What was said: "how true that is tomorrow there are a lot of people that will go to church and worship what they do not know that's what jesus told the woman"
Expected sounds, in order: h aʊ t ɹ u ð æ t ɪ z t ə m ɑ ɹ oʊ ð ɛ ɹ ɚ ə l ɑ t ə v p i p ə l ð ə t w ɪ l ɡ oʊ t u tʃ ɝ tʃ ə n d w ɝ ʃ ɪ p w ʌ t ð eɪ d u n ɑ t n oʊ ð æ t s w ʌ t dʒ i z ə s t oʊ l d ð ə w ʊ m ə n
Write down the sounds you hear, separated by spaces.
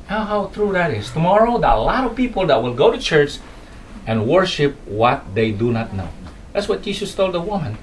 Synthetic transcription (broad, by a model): h aʊ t ɹ u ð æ t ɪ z t ə m ɑ ɹ oʊ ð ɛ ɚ ə l ɑ t ə v p i p ə l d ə t w ɪ l ɡ oʊ t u tʃ ɝ tʃ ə n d w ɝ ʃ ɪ p w ʌ t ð eɪ d u n ɑ t n oʊ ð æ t s w ʌ t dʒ i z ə s t oʊ l d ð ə w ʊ m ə n